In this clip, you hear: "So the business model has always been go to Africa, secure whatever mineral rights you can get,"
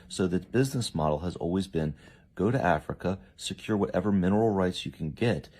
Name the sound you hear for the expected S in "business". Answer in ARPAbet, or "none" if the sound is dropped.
S